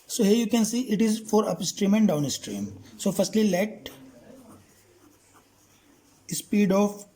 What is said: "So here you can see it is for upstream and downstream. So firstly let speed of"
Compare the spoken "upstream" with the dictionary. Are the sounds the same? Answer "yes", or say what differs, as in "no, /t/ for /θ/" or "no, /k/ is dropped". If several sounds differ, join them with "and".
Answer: yes